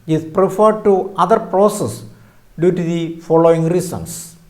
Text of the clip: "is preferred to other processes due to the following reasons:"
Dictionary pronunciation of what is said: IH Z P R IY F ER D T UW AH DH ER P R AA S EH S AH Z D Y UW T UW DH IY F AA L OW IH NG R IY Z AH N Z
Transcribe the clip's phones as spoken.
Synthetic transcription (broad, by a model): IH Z P R IY F ER D T UW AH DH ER P R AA S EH S D Y UW T UW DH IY F AA L OW IH NG R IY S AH N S